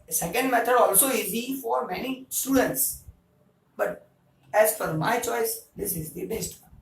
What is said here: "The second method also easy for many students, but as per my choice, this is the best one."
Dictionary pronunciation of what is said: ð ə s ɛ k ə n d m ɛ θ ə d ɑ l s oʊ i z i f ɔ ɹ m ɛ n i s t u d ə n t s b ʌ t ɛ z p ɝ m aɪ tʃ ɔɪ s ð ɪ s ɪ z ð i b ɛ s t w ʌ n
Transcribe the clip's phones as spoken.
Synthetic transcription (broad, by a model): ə s ɛ k ə n d m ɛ t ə d ɑ l s oʊ i z i f ɔ ɹ m ɛ n i s t u d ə n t s b ʌ t ɛ z f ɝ m aɪ tʃ ɔɪ s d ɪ s ɪ z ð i b ɛ s t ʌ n